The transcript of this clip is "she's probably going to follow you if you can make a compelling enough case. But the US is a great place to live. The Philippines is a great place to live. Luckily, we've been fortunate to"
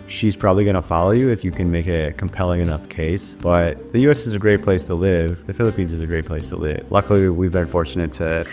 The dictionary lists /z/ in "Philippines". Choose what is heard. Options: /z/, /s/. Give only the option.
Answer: /z/